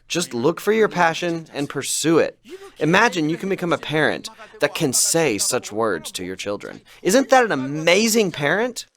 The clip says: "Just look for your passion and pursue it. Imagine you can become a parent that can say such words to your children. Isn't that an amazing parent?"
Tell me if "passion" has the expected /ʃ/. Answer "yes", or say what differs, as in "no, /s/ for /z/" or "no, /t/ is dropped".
yes